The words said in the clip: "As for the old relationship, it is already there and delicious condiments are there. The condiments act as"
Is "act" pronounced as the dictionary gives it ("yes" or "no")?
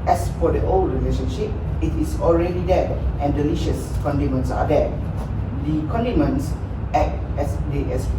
no